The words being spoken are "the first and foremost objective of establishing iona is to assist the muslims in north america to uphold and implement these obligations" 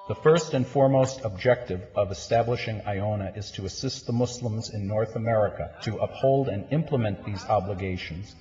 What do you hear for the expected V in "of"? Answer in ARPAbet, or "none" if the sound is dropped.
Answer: V